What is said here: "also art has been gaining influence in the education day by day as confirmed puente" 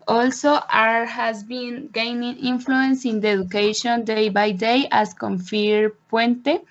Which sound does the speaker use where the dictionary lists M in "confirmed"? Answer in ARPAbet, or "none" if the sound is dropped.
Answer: none